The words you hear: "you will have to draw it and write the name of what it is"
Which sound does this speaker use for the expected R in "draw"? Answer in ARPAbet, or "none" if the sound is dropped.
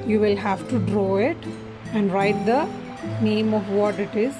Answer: R